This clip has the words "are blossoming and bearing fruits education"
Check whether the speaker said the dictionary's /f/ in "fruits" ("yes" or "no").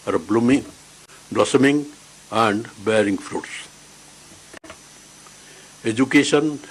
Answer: yes